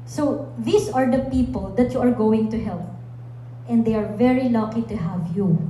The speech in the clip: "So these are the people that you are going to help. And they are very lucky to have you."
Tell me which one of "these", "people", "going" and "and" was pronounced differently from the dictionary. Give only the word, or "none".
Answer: these